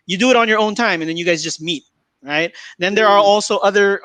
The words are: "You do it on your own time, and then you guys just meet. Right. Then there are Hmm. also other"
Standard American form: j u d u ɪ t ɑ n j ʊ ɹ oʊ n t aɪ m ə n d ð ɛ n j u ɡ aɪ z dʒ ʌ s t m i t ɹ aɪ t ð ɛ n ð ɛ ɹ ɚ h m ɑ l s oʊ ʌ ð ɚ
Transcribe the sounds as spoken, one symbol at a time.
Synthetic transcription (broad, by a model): j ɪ d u ɪ t n j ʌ ɹ oʊ n t aɪ m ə n ð ɛ n j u ɡ aɪ z dʒ ʌ s t m i t ɹ aɪ t ð ɛ n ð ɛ ɹ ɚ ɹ ɑ l s oʊ ʌ ð ɚ